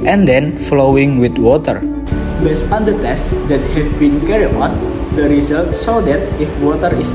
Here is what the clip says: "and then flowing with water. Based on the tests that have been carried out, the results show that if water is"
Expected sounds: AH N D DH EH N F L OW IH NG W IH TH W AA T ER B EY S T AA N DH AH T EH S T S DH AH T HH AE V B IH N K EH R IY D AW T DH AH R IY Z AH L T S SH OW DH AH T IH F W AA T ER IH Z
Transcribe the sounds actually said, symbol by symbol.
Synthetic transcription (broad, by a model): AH N D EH N F L OW IH NG W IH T W AA T ER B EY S AA N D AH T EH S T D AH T HH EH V B IH N K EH R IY AO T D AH R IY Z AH L T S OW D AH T IH F W AA T ER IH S